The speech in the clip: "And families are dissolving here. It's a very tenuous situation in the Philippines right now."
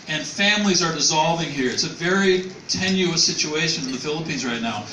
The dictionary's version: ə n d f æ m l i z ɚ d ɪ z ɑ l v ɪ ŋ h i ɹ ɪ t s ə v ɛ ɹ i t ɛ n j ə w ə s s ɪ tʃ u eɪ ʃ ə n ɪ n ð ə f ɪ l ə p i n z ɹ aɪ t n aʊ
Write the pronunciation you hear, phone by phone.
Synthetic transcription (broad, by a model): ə n f æ m l i z ɚ d ɪ z ɑ l v ɪ ŋ h i ɹ ɪ t s ə v ɛ ɹ i t ɛ n j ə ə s s ɪ tʃ u eɪ ʃ ə n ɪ n ð ə f ɪ l ə p i n z ɹ aɪ t n aʊ